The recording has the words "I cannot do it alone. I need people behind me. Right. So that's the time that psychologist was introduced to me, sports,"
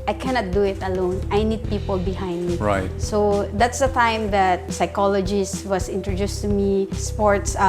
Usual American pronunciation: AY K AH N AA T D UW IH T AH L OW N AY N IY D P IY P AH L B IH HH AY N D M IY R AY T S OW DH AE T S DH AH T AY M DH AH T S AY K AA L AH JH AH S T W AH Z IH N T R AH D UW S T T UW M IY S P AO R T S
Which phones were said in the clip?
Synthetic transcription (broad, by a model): AY K AH N AA T D UW IH T AH L OW N AY N IY D P IY P AH L B IH HH AY N D M IY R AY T S OW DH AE T S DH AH T AY M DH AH T S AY K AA L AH JH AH S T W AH S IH N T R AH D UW S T T UW M IY S P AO R T S